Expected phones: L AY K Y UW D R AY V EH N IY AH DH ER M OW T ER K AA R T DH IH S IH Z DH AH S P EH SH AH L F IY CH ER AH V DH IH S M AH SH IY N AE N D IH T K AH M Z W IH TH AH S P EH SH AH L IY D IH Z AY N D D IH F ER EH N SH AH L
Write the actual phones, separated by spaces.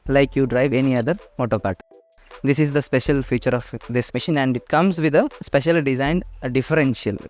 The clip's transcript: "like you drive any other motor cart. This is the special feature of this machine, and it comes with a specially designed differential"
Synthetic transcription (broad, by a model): L AY K Y UW D R AY V EH N IY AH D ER M OW T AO K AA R T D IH S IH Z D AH S P EH SH AH L F IY CH ER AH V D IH S M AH SH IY N AE N D IH T K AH M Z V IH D AH S P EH SH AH L D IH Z AY N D D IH F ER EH N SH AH L